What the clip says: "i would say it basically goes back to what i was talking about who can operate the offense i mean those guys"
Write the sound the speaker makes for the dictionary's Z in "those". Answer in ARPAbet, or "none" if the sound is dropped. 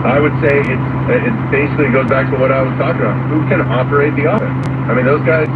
Z